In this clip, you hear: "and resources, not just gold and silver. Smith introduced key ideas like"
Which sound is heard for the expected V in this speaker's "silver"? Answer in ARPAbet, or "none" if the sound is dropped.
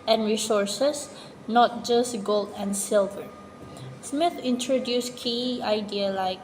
V